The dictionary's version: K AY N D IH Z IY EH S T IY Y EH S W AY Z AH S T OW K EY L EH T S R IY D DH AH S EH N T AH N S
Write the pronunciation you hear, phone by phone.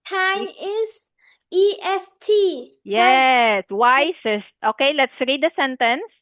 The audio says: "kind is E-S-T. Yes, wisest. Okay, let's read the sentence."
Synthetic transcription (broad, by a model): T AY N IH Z IY EH S T IY Y EH S W AY S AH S T OW K EY L EH T S R IY D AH S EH N T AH N S